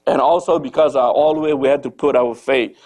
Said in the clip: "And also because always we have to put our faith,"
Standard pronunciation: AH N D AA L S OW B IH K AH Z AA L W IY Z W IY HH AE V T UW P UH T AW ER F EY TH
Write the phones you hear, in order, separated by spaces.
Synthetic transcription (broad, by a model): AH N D AA L S OW B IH K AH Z AA L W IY W IY HH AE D T UW P UH T AW ER F EY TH